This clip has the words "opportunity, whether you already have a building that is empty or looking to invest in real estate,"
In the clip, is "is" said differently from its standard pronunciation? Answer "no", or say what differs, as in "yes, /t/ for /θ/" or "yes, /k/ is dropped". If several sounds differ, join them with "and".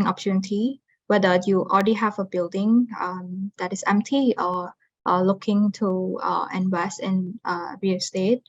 yes, /s/ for /z/